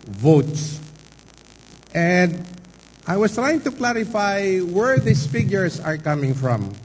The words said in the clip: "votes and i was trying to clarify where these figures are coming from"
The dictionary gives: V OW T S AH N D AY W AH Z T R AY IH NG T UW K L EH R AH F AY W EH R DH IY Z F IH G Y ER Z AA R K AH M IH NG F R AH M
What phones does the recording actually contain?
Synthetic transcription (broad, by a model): V OW T S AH N D AY W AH S T R AY IH NG T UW K L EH R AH F AY W EH R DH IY S F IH G Y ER S AA R K AH M IH NG F R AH M